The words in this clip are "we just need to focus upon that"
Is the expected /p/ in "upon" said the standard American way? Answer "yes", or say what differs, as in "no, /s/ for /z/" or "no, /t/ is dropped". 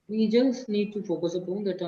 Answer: yes